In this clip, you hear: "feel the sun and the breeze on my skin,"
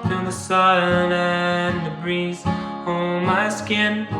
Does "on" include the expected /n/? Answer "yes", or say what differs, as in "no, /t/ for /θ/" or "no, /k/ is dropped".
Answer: no, /l/ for /n/